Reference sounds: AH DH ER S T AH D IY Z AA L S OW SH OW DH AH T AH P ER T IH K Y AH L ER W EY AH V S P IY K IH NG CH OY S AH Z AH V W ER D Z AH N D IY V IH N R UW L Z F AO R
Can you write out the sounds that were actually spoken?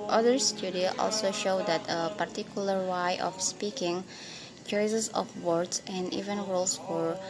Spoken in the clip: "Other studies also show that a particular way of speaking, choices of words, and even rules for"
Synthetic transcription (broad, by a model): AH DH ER S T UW D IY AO AA L S OW SH OW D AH T AH P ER T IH K Y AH L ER W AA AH F S P IY K IH NG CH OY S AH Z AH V W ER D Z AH N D IY V IH N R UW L S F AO R